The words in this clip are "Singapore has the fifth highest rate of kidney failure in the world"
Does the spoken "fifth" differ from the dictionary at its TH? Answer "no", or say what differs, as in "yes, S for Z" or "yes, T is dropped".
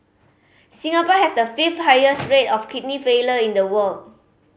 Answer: yes, T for TH